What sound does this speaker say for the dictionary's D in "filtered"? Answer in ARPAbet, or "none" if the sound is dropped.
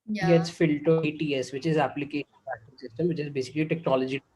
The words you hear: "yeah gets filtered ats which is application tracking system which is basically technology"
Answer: none